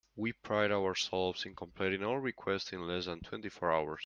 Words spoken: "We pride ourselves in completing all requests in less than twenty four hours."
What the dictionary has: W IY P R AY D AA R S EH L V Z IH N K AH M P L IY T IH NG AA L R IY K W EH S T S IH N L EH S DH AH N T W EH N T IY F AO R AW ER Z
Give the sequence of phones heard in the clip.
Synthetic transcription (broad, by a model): W IY P R AY D AA R S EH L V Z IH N K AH M P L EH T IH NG AA L R IY K W EH S T S IH N L EH S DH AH N T W EH N T IY F AO R AW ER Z